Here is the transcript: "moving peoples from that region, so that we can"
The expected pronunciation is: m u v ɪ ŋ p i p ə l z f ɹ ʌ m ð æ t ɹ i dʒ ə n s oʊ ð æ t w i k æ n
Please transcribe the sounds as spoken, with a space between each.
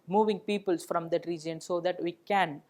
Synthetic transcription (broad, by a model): m u v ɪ ŋ p i p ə l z f ɹ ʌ m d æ t ɹ i dʒ ə n s oʊ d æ t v i k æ n